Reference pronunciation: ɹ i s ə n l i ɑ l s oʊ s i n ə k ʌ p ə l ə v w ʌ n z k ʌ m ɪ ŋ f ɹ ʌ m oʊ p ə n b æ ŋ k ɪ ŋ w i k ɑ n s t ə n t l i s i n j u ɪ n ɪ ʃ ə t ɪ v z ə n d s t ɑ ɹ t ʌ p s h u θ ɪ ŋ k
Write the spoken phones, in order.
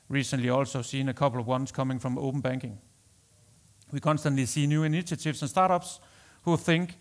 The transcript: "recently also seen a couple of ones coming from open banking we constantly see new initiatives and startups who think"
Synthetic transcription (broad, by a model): ɹ i s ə n l i ɑ l s oʊ s i n ə k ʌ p l ə v w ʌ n s k ʌ m ɪ ŋ f ɹ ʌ m oʊ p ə n b æ ŋ k ɪ ŋ w i k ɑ n s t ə n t l i s i n j u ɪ n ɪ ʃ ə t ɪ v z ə n s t ɑ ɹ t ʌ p s h u θ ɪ ŋ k